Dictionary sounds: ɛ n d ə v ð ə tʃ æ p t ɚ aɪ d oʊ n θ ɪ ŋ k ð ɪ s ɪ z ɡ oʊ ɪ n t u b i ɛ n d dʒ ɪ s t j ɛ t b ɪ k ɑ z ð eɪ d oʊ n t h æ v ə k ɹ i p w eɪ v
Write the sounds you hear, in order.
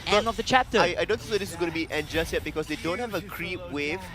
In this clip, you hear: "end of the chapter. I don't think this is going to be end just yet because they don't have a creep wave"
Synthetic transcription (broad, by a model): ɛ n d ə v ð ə tʃ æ p t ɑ aɪ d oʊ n s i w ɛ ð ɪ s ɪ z ɡ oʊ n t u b i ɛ n dʒ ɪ s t j ɛ t b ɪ k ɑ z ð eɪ d oʊ n t h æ v ə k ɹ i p w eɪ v